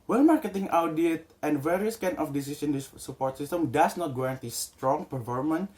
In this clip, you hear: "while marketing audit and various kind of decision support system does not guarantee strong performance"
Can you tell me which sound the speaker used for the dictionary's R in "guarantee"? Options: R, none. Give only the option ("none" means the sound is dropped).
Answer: none